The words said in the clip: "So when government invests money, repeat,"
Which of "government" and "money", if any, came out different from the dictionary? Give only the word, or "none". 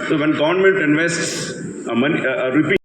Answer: government